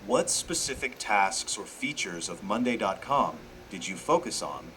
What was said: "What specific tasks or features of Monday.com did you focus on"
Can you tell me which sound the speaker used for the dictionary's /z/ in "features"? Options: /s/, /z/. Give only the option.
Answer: /z/